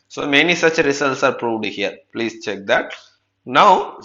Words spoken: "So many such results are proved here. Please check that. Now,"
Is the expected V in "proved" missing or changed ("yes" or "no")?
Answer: no